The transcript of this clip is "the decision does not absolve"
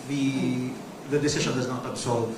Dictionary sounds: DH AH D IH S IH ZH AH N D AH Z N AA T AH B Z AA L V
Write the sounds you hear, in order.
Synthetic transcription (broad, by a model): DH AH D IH S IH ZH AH N D AH Z N AA T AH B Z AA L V